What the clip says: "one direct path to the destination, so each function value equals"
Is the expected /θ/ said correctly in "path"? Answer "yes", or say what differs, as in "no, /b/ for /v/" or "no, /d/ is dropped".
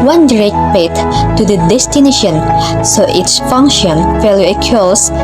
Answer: no, /t/ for /θ/